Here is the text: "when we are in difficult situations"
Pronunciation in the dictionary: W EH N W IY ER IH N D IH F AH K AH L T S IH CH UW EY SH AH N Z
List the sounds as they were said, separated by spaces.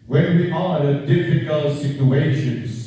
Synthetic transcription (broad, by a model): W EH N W IY ER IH D IH F AH K AH L T S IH CH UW EY SH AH N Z